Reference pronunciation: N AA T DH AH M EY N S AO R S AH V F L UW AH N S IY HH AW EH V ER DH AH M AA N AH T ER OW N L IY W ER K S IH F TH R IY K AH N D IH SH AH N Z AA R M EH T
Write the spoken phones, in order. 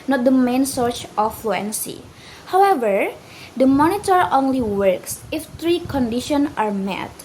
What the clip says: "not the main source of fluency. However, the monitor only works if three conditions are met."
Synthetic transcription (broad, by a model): N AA T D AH M EY N S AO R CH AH F L UW AH N S IY HH AW EH V ER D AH M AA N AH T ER OW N L IY W ER K S IH F T R IY K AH N D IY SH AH N AA R M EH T